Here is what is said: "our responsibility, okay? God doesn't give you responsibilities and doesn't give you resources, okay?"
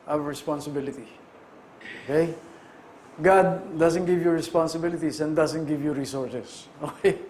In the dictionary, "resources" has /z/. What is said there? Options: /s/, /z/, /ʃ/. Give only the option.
/s/